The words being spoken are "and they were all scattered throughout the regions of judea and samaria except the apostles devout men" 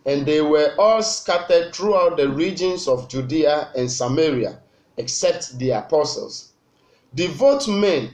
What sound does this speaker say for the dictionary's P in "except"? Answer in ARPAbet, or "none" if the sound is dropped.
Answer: P